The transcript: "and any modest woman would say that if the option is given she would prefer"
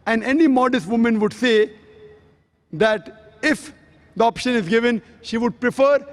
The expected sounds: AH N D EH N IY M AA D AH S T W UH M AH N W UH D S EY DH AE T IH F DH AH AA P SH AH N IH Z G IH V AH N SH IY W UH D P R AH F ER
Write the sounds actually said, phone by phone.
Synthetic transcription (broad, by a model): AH N D EH N IY M AA D AH S T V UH M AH N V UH D S EY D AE T IH F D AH AA P SH AH N IH Z G IH V AH N SH IY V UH D P R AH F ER